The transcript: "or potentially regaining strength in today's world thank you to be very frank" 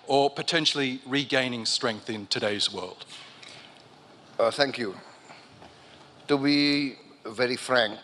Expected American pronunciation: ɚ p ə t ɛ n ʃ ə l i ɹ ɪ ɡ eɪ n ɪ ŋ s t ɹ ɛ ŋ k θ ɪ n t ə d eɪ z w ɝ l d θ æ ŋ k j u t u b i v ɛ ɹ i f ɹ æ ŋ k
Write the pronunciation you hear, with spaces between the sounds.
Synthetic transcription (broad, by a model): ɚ p ə t ɛ n ʃ ə l i ɹ ɪ ɡ eɪ n ɪ ŋ s t ɹ ɛ ŋ k θ ɪ n t ə d eɪ z w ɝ l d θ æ ŋ k j u t u b i v ɛ ɹ i f ɹ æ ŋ k